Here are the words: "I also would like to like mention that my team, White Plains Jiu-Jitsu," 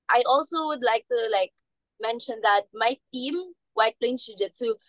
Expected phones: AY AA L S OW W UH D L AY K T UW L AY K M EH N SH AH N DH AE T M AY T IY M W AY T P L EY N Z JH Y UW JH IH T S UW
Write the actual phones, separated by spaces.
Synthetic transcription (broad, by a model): AY AA L S OW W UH D L AY K T UW L AY K M EH N SH AH N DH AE T M AY T IY M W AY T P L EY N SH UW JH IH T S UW